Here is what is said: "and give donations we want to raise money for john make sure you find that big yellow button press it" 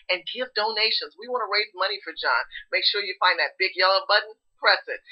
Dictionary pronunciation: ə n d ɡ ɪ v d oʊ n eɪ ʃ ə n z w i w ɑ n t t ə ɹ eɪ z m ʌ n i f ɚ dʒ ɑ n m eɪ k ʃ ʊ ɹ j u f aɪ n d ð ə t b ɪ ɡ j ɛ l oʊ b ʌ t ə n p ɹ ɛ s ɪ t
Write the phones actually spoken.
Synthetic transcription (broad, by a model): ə n ɡ ɪ v d oʊ n eɪ ʃ ə n z w i w ɑ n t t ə ɹ eɪ z m ʌ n i f ɚ dʒ ɑ n m eɪ k ʃ ʊ ɹ j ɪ f aɪ n ð ə t b ɪ ɡ j ɛ l oʊ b ʌ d n p ɹ ɛ s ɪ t